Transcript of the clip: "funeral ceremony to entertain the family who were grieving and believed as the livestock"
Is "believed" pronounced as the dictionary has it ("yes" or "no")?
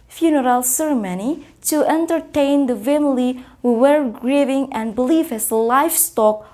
no